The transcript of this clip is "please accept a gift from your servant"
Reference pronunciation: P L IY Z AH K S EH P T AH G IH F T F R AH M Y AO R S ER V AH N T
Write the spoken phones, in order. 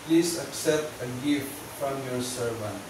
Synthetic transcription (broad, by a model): P L IY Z AH K S EH P T AH G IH F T F R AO M Y AO R S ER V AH N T